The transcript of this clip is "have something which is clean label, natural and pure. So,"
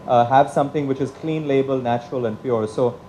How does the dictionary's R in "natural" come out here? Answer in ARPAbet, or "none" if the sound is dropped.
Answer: R